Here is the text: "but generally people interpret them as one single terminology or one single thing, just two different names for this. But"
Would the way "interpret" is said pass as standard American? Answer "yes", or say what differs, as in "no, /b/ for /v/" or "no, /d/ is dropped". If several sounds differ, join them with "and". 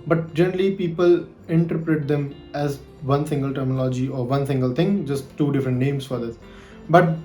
yes